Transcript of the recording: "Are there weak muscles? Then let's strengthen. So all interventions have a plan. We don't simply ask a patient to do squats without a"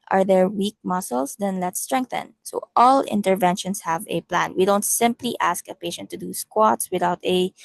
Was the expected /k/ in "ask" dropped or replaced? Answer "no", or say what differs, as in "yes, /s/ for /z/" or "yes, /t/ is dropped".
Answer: no